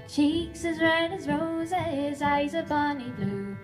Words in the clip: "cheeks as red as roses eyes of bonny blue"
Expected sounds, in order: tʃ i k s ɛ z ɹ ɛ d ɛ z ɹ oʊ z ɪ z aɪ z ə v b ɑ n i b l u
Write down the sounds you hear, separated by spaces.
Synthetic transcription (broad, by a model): tʃ i k s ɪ z ɹ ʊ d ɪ z ɹ oʊ z ɪ z aɪ z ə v b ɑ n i b l u